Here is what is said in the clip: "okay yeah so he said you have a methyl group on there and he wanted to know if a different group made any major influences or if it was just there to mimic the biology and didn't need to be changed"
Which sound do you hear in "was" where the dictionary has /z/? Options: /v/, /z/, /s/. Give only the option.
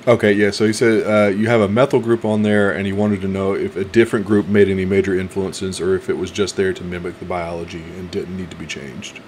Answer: /z/